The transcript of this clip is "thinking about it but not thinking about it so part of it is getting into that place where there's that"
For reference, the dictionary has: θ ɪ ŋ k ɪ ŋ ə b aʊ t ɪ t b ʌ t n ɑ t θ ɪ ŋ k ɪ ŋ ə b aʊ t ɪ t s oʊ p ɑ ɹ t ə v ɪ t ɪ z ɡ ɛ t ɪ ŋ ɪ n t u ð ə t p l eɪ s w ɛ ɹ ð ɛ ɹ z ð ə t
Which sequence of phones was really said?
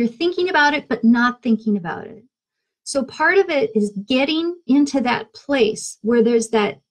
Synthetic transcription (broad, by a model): θ ɪ ŋ k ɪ ŋ ə b aʊ t ɪ t b ʌ t n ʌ t θ ɪ ŋ k ɪ ŋ ə b aʊ t ɪ t s oʊ p ɑ ɹ t ə v ɪ t ɪ z ɡ ɛ t ɪ ŋ ɪ n t u ð ə t p l eɪ s w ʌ ɹ ð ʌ ɹ z ð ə t